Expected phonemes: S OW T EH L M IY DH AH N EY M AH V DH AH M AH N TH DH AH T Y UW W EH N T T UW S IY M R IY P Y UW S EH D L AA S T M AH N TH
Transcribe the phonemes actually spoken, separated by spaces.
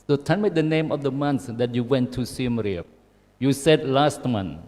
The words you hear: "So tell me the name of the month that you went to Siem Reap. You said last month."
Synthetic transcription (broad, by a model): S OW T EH N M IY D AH N EY M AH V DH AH M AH N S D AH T Y UW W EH N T T UW S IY M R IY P Y UW S EH D L AA S T M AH N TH